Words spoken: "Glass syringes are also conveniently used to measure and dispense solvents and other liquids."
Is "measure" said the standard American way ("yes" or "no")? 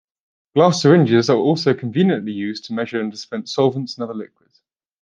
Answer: yes